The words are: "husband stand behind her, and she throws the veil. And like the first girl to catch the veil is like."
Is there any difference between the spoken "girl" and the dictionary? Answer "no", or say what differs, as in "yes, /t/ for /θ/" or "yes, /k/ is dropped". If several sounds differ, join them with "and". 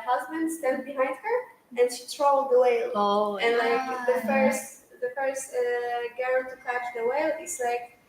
yes, /n/ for /l/